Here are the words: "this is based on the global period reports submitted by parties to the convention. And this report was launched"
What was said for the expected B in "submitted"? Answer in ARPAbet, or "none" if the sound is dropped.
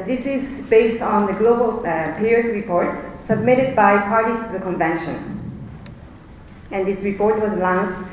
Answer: B